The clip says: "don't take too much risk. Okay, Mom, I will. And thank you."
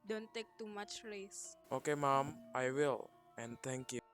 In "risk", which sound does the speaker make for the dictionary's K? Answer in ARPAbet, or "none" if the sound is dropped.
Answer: none